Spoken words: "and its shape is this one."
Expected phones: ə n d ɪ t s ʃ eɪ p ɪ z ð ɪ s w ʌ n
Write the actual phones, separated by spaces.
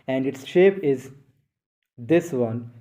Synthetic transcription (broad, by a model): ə n d ɪ t s ʃ eɪ p ɪ z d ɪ s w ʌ n